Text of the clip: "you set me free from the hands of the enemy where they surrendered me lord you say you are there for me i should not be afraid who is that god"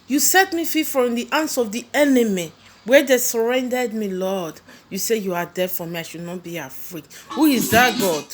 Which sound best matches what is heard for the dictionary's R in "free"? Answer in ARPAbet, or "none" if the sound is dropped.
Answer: none